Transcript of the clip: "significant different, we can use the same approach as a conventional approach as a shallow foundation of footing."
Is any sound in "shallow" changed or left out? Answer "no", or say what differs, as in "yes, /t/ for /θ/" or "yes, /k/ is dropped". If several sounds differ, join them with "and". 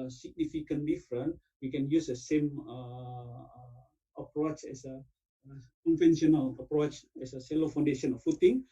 yes, /s/ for /ʃ/